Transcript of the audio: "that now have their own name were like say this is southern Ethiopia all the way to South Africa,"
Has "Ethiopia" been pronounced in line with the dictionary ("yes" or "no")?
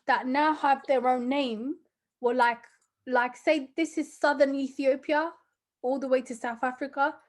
yes